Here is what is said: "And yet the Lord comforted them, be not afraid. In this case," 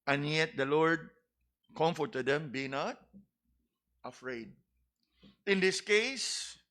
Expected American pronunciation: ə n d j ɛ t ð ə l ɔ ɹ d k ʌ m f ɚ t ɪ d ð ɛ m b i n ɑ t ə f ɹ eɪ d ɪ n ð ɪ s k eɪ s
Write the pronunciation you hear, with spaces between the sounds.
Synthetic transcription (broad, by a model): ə n j ɛ t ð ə l ɔ ɹ d k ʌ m f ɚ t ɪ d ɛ m b i n ɑ t ə f ɹ eɪ d ɪ n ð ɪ s k eɪ s